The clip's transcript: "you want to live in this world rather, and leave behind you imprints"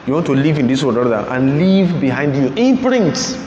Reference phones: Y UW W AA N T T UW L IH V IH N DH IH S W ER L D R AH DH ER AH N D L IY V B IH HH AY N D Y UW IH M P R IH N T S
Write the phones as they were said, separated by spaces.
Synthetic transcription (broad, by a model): Y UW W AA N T T UW L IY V IH N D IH S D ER D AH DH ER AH N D L IY V B IH HH AY N D Y UW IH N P R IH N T S